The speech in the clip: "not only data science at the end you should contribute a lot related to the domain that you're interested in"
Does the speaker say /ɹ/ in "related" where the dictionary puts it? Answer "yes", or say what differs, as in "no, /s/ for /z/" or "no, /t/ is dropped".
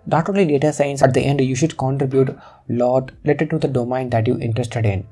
no, /l/ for /ɹ/